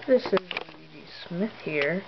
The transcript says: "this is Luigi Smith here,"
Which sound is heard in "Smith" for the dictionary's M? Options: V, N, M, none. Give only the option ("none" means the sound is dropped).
M